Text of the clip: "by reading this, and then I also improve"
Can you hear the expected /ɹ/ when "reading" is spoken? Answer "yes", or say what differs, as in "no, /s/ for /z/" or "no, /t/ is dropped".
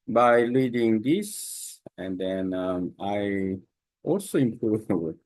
no, /l/ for /ɹ/